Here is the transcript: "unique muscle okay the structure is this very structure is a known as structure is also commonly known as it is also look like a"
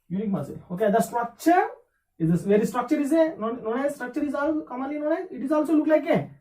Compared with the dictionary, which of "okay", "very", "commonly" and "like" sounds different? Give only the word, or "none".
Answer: commonly